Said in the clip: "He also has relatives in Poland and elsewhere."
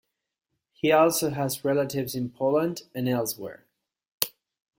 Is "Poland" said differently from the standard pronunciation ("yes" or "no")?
no